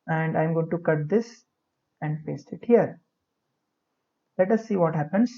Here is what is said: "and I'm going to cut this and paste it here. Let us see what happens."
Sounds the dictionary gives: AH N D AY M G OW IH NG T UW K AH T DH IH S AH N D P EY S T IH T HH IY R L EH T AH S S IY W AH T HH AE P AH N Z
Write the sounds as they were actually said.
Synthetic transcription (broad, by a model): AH N D AY M G OW IH NG T UW K AH T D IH S AH N D F EY S IH T HH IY R L EH T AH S S IY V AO T HH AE P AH N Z